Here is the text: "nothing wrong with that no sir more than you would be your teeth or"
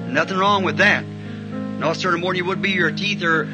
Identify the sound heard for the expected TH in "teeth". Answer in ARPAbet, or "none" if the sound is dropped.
TH